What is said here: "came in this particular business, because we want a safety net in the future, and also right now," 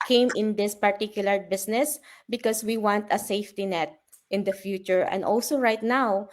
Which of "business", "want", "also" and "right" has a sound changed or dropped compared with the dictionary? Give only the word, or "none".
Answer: business